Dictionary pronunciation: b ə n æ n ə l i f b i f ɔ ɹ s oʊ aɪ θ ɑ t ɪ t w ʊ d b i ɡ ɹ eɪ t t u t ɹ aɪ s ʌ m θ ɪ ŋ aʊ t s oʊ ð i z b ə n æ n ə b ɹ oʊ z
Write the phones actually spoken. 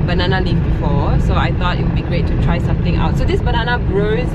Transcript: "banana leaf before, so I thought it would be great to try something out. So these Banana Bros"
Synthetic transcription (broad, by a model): b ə n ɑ n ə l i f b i f ɔ s oʊ aɪ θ ɑ t ɪ t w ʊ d b i ɡ ɹ eɪ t t u t ɹ aɪ s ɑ m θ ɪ ŋ aʊ t s oʊ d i s b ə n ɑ n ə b ɹ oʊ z